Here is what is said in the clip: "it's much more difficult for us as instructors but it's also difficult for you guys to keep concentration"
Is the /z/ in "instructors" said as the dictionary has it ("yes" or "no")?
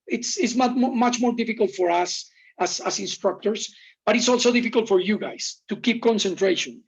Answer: no